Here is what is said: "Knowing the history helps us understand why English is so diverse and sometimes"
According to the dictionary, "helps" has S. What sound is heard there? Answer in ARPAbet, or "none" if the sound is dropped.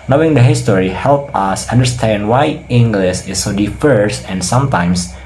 none